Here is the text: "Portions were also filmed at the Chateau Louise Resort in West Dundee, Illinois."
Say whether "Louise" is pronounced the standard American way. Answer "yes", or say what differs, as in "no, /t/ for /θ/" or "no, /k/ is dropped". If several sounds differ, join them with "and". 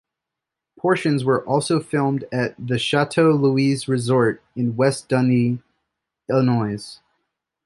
yes